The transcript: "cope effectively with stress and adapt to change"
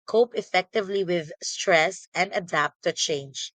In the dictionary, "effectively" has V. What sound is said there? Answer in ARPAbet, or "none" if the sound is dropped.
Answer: V